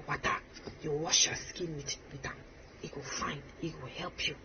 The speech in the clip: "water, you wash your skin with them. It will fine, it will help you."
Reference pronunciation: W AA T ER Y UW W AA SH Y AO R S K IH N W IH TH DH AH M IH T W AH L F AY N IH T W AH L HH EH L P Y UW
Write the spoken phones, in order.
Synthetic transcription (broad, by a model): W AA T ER Y UW W AA SH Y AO S K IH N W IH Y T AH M IH T W AH L F AY N IH T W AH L HH EH L P Y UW